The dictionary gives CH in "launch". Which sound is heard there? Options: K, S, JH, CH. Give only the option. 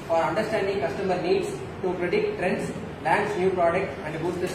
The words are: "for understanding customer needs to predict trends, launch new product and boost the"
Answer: S